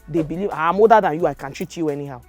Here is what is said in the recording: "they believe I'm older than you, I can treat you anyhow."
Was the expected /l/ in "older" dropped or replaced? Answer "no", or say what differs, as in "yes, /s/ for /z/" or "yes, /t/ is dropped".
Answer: yes, /l/ is dropped